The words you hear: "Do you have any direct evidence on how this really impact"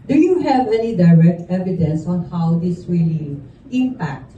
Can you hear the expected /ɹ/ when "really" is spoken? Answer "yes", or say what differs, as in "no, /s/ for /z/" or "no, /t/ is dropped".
no, /w/ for /ɹ/